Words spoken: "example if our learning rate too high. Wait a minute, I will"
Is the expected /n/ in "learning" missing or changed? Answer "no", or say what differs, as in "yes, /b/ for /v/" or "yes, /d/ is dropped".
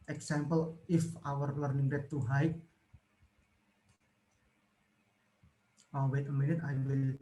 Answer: no